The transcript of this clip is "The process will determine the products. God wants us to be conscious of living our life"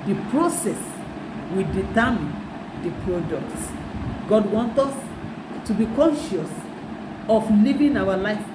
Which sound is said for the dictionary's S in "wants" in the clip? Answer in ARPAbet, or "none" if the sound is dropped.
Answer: none